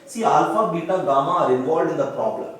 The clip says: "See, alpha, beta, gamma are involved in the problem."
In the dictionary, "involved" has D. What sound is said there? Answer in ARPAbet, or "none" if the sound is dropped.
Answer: D